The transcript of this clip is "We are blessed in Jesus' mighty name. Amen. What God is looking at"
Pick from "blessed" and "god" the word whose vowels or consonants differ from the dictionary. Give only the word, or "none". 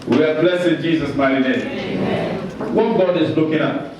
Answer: blessed